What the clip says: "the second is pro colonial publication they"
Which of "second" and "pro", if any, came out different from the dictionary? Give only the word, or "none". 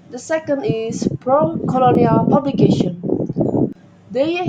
none